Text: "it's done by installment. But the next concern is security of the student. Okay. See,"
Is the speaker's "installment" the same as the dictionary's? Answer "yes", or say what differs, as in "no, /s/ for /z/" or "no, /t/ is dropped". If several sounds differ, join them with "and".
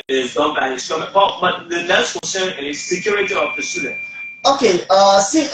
no, /l/ is dropped